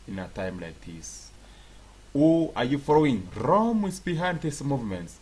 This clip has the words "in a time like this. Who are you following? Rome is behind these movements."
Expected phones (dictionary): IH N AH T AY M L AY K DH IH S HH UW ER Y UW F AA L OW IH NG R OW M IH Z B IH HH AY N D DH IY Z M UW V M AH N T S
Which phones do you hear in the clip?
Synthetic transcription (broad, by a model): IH N AH T AY M L AY K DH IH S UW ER Y UW F AA L OW IH NG R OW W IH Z B IH HH AY N D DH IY S M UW V M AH N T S